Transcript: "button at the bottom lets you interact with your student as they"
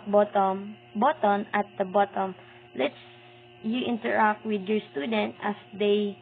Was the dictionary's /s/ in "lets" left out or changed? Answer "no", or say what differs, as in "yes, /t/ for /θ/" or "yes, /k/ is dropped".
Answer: no